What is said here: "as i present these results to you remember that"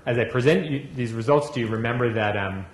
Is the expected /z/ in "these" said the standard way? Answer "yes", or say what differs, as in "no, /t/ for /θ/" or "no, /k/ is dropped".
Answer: yes